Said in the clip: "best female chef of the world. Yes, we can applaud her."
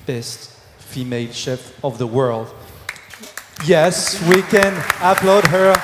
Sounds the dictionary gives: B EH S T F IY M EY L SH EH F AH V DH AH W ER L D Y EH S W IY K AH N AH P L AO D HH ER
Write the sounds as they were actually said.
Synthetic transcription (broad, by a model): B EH S T F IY M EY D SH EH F AH V DH AH W ER L D Y EH S W IY K AH N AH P L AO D HH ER